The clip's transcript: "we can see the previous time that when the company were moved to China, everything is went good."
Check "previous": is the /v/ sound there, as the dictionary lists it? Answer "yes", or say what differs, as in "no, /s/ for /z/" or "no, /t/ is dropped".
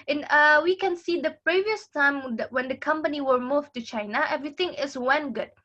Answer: yes